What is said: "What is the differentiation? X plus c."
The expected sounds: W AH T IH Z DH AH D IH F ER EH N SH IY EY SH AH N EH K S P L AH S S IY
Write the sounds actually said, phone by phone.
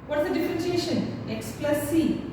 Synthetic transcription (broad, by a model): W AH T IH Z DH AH D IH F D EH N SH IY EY SH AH N EH K S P L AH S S IY